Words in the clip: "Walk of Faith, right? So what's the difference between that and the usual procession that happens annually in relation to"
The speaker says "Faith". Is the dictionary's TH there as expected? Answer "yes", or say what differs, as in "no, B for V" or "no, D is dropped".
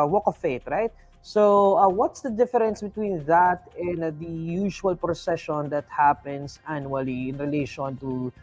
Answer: no, T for TH